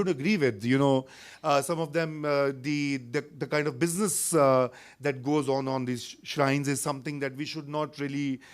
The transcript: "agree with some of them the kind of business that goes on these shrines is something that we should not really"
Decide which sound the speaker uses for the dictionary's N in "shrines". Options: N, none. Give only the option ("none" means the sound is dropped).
N